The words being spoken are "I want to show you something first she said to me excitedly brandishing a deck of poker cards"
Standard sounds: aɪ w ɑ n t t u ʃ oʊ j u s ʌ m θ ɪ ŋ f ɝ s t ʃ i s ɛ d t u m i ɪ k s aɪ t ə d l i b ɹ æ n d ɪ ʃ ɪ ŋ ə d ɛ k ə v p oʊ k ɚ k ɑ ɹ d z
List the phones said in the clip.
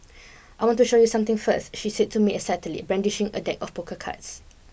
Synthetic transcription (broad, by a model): aɪ w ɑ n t t u ʃ oʊ j u s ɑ m t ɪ ŋ f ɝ s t ʃ i s ɛ d t u m i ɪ s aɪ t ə l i b ɹ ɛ n d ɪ ʃ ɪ ŋ ə d ɛ k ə f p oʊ k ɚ k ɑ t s